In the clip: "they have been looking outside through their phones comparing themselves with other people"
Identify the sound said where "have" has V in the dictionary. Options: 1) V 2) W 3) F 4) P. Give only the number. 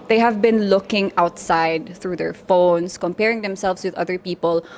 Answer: 1